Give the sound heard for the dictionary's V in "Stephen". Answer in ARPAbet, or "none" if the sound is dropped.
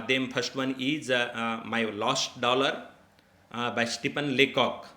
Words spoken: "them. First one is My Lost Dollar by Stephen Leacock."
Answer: P